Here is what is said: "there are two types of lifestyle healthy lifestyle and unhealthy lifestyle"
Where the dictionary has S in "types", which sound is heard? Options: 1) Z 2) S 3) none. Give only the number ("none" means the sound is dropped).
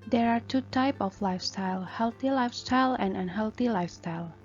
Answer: 3